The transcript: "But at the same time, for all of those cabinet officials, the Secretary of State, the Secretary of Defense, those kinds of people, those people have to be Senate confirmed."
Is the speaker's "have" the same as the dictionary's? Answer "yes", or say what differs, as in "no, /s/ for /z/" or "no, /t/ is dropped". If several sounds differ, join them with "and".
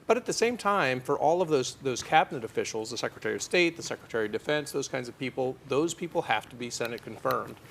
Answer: no, /f/ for /v/